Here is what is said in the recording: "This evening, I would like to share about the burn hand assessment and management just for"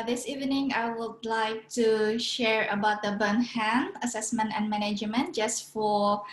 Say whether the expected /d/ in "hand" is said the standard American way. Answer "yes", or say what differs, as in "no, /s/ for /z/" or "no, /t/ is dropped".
no, /d/ is dropped